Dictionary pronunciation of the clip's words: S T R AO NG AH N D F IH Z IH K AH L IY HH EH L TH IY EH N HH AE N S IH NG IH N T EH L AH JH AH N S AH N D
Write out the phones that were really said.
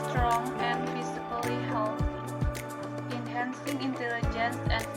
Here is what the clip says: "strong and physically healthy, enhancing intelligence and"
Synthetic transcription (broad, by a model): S T R AO NG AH N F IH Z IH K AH L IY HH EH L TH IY N HH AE N S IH NG IH N T EH L AH JH AH N S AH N